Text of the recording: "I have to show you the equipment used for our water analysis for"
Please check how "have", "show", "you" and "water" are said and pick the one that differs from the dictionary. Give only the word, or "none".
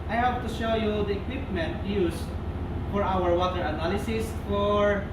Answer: have